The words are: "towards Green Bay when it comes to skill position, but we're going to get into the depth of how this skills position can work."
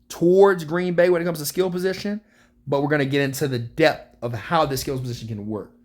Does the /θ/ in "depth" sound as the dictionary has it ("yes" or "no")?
yes